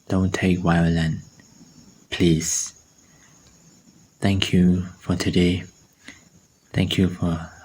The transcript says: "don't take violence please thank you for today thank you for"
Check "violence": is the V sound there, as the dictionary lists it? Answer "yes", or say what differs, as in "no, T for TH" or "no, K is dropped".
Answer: no, W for V